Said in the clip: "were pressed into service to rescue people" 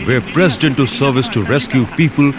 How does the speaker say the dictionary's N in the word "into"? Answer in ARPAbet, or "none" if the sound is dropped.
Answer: N